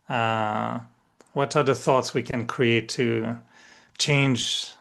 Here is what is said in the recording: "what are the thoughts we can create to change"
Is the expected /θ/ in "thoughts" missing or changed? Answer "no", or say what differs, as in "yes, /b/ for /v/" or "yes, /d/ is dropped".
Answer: no